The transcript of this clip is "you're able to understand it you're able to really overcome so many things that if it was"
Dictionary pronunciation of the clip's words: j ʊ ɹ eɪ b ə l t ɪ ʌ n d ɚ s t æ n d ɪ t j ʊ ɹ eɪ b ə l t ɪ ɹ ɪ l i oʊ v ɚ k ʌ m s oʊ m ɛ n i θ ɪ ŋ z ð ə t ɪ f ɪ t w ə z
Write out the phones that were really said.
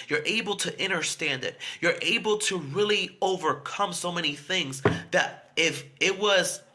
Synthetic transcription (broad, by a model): j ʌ ɹ eɪ b l t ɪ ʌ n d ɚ s t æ n d ɪ t j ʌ ɹ eɪ b l t ɪ ɹ ɪ l i oʊ v ɚ k ʌ m s oʊ m ɛ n i θ ɪ ŋ z ð ə t ɪ f ɪ t w ə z